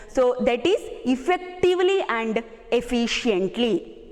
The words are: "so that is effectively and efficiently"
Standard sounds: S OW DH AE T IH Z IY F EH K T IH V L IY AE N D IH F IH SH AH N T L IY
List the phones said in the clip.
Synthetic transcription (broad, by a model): S OW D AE T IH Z IY F EH K T IH V L IY AE N D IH F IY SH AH N T L IY